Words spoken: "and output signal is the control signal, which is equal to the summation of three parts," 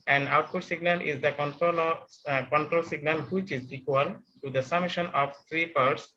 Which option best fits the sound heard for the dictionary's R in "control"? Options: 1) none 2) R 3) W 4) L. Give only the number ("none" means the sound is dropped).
2